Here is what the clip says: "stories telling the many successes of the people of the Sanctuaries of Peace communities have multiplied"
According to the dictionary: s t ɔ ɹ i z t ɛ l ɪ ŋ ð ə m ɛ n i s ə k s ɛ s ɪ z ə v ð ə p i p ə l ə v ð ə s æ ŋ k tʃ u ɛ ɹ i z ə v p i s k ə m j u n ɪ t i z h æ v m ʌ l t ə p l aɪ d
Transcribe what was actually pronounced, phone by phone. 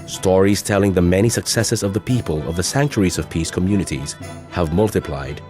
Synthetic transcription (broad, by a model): s t ɔ ɹ i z t ɛ l ɪ ŋ ð ə m ɛ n i s ə k s ɛ s ɪ z ə v ð ə p i p ə l ə v ð ə s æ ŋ k tʃ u ɹ i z ə v p i s k ə m j u n ɪ t i z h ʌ v m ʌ l t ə p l aɪ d